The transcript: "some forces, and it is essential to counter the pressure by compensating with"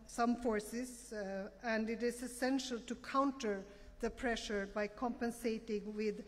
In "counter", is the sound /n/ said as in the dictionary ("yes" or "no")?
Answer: yes